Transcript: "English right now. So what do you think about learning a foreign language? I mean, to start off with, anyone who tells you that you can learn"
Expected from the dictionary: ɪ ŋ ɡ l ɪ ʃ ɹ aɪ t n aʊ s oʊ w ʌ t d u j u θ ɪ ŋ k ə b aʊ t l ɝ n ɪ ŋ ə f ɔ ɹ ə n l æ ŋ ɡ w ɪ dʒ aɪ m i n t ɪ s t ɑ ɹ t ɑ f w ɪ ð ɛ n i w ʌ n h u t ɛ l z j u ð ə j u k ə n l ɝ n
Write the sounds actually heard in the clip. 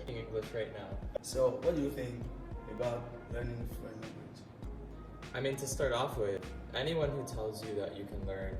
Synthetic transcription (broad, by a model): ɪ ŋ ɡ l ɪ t ɹ aɪ t n aʊ s oʊ w ʌ t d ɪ j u θ ɪ ŋ k ə b aʊ t l ɝ n ɪ ŋ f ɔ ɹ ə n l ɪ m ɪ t aɪ m i n t ɪ s t ɑ ɹ t ɑ f w ɪ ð ɛ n i w ʌ n h u t ɛ l z j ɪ ð ə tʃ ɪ k ə n l ɝ n